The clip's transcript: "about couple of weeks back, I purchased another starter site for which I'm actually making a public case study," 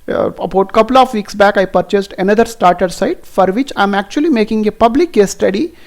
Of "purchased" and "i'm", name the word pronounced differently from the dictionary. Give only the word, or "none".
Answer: none